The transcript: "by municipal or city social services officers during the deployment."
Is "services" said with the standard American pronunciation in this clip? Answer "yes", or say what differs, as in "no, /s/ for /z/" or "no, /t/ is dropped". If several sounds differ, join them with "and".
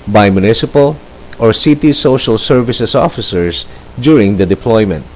no, /s/ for /z/